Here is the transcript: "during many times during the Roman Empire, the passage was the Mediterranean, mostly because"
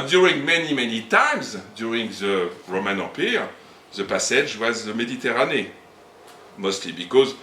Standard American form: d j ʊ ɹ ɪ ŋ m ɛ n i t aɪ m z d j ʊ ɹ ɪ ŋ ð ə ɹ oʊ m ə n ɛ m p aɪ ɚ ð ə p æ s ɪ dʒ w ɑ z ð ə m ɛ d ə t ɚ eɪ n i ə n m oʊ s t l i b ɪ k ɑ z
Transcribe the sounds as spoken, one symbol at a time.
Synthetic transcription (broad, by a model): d j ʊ ɹ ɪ ŋ m ɛ n i t aɪ m z d j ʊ ɹ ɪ ŋ ð ə ɹ oʊ m ə n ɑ p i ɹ ð ə p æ s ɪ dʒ w ɑ z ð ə m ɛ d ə t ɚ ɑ n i m oʊ s t l i b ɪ k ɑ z